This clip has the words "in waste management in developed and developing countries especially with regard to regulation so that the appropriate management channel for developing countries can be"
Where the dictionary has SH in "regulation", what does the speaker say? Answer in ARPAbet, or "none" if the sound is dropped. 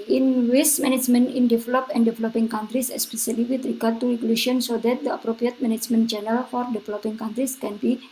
none